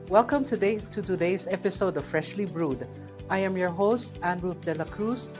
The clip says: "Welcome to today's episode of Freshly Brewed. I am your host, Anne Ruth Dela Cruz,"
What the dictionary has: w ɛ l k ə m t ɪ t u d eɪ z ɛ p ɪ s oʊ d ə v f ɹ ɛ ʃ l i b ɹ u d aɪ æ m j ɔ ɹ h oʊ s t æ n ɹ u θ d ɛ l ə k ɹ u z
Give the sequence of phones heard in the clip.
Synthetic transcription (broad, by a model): w ɛ l k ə m t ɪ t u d eɪ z ɛ p ɪ s oʊ d ə v f ɹ ɛ ʃ l i b ɹ u d aɪ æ m j ɔ ɹ h oʊ s t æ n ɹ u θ d ɛ l ə k ɹ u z